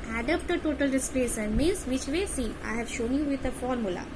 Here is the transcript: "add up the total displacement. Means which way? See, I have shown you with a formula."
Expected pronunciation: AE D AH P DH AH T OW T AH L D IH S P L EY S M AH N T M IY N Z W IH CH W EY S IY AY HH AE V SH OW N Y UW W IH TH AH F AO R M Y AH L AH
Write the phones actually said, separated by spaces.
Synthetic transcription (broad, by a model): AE D AH P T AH T OW T AH L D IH S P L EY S AH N M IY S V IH CH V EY S IY AY HH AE V SH OW N Y UW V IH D AH F AO R M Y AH L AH